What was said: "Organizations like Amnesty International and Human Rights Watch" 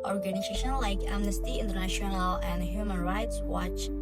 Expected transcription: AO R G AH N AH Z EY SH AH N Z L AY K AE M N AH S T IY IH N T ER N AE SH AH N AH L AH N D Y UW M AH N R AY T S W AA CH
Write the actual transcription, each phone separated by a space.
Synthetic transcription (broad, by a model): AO R G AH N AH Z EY SH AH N L AY K AE M N AH S T IY IH N T ER N AE SH AH N AH L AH N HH Y UW M AH N R AY T S W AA CH